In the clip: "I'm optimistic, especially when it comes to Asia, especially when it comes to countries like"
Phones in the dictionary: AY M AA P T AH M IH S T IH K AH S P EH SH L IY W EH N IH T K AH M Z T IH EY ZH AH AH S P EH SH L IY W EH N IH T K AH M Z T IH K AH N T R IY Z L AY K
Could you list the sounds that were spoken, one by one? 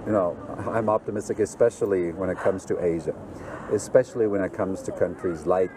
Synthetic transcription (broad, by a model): AY M AA P T AH M IH S T IH K AH S P EH SH L IY W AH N IH T K AH M Z T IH EY ZH AH AH S P EH SH L IY W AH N IH T K AH M Z T IH K AH N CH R IY Z L AY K